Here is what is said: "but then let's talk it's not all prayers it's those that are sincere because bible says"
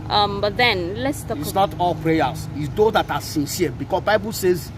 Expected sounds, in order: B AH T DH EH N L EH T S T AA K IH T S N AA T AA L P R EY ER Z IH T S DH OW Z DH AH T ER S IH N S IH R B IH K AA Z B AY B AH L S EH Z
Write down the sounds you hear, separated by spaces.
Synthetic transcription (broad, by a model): B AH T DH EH N L EH T S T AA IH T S N AA T AA L P R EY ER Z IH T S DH OW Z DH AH T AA S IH N S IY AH B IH K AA S B AY B AH L S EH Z